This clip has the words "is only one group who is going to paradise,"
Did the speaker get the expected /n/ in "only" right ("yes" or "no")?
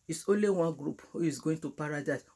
yes